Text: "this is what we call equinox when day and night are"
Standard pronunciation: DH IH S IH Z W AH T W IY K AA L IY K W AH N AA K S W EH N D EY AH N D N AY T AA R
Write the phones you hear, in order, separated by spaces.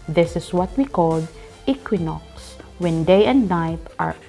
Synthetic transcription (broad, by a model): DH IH S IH S W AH T W IY K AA L IY K W AH N AA K S W EH N D EY AH N D N AY T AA R